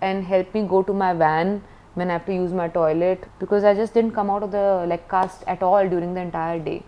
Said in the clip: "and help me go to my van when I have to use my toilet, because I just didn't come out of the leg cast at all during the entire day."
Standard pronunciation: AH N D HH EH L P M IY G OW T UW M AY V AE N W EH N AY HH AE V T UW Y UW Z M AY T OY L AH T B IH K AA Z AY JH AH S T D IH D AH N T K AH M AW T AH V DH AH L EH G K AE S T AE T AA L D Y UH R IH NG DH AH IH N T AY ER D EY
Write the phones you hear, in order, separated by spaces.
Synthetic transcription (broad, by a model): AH N D HH EH L P M IY G OW T UW M AY V AE N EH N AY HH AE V T UW Y UW Z M AY T OY L AH T B IH K AA Z AY JH AH S T D IH D AH N T K AH M AW T AH V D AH L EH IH K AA S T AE T AA L D Y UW R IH NG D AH IH N T AY ER D EY